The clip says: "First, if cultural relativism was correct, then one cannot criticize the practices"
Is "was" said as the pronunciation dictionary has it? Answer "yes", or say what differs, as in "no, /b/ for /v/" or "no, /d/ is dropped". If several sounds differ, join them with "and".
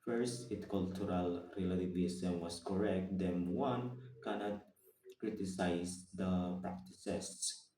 no, /s/ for /z/